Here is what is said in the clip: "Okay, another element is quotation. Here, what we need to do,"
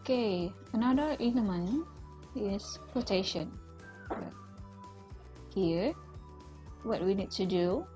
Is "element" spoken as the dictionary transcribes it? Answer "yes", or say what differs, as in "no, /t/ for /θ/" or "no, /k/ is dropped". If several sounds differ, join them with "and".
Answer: no, /t/ is dropped